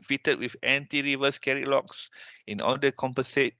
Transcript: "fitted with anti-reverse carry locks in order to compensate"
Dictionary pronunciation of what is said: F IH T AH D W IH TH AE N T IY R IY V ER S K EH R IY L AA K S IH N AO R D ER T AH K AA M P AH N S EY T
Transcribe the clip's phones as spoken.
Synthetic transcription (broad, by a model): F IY T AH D W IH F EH N T IY R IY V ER S K EH R IY L AA K S IH N AO L D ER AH K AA M P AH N S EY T